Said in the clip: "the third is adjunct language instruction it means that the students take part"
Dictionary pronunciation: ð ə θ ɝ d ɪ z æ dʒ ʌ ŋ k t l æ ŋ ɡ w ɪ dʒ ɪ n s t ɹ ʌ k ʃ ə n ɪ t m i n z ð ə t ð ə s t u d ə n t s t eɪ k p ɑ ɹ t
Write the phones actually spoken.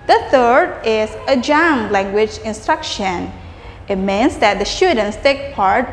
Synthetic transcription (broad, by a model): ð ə θ ɝ d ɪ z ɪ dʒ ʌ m l æ ŋ ɡ w ɪ dʒ ɪ n s t ɹ ʌ k ʃ ə n ɪ t m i n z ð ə t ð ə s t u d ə n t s t eɪ k p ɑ ɹ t